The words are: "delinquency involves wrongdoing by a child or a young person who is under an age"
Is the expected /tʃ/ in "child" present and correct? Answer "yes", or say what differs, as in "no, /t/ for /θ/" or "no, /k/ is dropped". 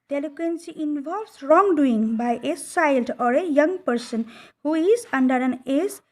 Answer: no, /s/ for /tʃ/